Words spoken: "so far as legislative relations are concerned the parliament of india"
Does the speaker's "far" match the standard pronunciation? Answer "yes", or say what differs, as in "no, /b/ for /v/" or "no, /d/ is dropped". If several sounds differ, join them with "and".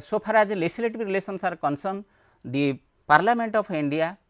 no, /p/ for /f/